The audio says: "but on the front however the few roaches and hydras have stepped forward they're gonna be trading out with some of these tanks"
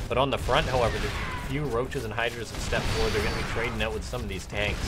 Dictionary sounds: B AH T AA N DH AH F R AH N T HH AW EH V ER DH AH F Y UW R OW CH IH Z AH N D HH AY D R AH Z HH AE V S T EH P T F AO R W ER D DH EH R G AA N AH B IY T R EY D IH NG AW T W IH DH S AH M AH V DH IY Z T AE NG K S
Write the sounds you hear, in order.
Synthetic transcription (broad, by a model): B AH T N DH AH F R AH N T HH AW EH V ER DH AH F Y UW R OW CH IH Z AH N HH AY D R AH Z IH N S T EH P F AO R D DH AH R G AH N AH B IY T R EY D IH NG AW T W IH DH S AH M AH V DH IY Z T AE NG K S